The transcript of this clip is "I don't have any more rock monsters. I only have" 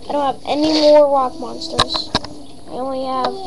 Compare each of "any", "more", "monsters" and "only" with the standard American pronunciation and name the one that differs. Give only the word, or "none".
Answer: only